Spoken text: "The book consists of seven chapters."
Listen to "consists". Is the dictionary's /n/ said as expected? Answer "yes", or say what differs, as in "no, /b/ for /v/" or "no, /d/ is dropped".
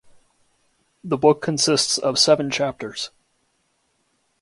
yes